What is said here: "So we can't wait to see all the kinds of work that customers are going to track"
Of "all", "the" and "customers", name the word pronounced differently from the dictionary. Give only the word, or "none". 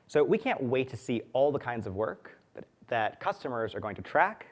none